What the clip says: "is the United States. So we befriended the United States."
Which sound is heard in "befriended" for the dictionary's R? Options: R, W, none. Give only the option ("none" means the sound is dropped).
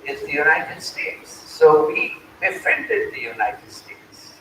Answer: none